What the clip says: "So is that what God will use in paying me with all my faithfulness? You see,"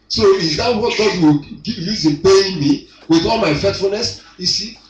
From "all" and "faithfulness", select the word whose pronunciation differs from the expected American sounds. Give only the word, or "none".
faithfulness